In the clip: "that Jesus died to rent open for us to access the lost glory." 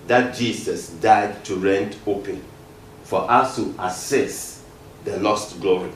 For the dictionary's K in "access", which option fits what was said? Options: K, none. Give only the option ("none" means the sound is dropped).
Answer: none